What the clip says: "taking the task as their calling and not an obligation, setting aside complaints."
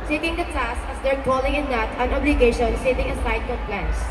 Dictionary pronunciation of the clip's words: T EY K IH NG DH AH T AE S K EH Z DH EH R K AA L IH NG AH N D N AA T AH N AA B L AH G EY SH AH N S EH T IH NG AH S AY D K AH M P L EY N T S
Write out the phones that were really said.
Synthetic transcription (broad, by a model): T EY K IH NG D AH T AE S EH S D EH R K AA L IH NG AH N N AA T AH N AA B L AH G EY SH AH N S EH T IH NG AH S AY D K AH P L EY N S